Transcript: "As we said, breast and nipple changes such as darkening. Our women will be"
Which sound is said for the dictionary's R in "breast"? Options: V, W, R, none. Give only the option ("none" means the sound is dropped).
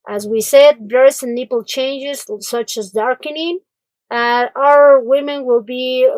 none